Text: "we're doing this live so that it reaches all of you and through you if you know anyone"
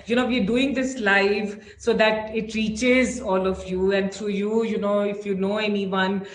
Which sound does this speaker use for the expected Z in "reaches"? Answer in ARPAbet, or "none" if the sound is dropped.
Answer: Z